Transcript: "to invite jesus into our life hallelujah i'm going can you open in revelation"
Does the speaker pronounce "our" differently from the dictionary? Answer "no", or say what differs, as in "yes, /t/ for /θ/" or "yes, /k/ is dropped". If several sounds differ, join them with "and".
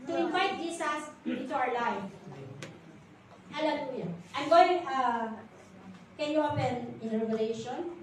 yes, /w/ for /ɹ/